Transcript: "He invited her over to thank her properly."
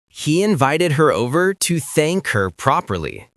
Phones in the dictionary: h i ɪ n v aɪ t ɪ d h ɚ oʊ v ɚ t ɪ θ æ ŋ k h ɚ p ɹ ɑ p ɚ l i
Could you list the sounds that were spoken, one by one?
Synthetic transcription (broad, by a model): h i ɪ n v aɪ t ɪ d h ɚ oʊ v ɚ t ɪ θ æ ŋ k h ɚ p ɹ ɑ p ɚ l i